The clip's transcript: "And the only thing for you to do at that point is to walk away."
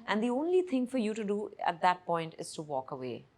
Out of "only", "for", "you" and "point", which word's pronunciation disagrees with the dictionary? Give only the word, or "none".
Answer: none